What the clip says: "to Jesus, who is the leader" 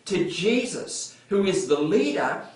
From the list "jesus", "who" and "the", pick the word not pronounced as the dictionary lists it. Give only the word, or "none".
none